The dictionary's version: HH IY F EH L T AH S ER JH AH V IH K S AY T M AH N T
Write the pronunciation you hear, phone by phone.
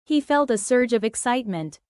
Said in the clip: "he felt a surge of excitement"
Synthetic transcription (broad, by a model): HH IY F EH L T AH S ER JH AH V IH K S AY T M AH N T